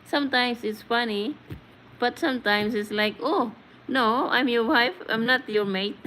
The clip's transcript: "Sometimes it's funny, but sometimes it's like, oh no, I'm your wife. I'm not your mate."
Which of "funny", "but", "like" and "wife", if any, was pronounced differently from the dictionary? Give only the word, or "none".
none